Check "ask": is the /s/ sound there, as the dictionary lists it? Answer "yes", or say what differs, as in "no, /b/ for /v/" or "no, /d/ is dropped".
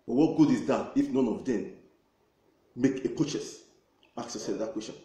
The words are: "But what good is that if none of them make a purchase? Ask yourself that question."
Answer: no, /s/ is dropped